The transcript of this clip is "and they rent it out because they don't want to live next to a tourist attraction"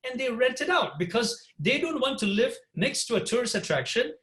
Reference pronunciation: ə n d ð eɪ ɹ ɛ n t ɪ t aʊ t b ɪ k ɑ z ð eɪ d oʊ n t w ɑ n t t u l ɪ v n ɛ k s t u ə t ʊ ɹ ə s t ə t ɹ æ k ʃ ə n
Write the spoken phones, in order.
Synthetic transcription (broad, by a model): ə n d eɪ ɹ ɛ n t ɪ t aʊ t b ɪ k ɑ z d eɪ d oʊ n t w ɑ n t t u l ɪ v n ɛ k s t u ə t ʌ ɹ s ə t ɹ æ k ʃ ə n